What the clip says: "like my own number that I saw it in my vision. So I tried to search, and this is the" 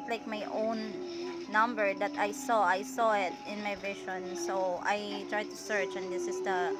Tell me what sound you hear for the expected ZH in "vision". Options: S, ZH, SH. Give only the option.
SH